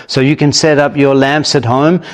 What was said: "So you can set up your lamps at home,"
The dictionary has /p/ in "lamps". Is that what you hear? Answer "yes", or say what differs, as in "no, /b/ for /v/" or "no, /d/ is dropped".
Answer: yes